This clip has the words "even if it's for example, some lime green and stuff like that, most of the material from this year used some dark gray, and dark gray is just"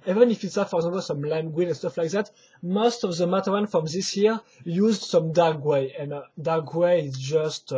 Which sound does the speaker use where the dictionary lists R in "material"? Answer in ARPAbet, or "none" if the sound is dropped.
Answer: W